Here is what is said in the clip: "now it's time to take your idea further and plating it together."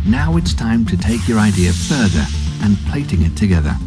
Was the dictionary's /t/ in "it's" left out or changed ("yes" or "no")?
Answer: no